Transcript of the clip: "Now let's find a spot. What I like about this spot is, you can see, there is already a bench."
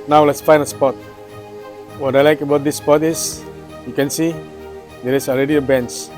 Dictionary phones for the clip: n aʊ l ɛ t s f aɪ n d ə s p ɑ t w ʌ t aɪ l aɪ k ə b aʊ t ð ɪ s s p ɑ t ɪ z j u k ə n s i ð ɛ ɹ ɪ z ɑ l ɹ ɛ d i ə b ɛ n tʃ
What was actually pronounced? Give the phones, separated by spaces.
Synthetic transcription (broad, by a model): n aʊ l ɛ t s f aɪ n ə s p ɑ t w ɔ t aɪ l aɪ k ə b aʊ t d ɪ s s p ɑ t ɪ s j u k ə n s i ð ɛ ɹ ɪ s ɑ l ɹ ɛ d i ə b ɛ n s